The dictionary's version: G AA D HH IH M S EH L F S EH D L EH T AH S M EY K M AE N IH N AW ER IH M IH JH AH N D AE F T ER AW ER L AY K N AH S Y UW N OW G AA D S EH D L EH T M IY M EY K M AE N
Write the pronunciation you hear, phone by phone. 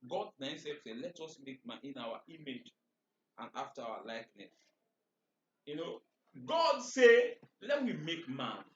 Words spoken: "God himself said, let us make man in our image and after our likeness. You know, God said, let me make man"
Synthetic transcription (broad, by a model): G AA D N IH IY S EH F S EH L EH T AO S M EY K M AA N IH N AW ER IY M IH JH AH N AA F T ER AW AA L AY K N AH S Y UW N OW G AA D S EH L EH T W IY M EY K M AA N